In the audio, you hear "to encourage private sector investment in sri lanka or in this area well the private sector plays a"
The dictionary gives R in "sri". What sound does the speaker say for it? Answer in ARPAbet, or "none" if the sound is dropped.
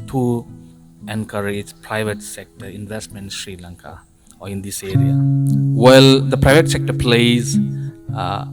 R